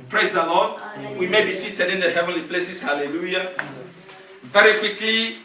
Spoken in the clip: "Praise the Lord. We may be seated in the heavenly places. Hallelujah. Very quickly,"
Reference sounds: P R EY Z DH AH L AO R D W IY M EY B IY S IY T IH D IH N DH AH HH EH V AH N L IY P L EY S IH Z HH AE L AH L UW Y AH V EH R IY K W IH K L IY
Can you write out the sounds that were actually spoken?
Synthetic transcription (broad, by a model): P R EY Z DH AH L AO D W IY M EY B IY S IY T IH D IH N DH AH HH EH V AH N L IY P L EY S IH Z HH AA L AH L UW Y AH V EH R IY K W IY K L IY